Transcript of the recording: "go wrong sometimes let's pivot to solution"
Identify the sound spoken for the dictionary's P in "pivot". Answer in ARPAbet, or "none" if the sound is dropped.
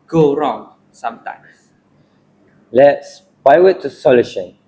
B